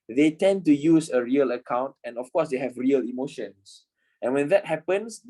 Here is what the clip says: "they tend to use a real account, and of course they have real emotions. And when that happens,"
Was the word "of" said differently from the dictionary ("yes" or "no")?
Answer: yes